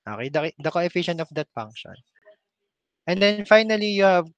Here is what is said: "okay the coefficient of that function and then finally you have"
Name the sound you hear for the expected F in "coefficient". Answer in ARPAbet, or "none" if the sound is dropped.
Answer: F